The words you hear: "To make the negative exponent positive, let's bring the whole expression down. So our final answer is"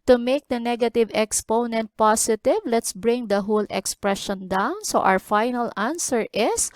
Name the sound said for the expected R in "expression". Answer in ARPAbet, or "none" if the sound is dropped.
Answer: R